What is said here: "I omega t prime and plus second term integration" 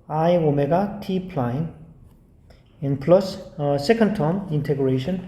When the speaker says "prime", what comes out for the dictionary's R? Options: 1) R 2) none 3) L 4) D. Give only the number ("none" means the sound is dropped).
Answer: 3